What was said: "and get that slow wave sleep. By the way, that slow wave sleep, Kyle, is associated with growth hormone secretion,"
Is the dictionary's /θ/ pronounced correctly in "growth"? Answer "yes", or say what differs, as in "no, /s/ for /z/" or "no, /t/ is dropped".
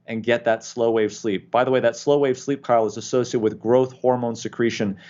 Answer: yes